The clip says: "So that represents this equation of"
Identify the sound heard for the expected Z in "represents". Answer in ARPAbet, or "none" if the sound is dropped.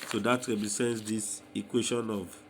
S